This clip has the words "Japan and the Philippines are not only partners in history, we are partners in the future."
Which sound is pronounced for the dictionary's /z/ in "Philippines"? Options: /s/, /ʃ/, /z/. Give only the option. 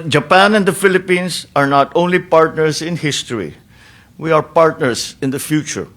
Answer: /s/